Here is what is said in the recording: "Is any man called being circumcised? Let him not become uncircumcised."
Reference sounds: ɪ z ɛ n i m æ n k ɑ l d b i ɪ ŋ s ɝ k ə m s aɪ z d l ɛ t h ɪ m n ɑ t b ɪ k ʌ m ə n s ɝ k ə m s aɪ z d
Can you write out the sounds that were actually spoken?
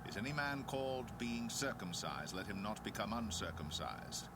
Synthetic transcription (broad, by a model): ɪ z ɛ n i m æ n k ɑ l d b i ɪ ŋ s ɝ k ə m s aɪ z d l ɛ t h ɪ m n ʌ t b ɪ k ʌ m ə n s ɝ k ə m s aɪ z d